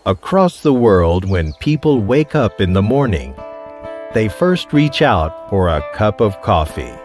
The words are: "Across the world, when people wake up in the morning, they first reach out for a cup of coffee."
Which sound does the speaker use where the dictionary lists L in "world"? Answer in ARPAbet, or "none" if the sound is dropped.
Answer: L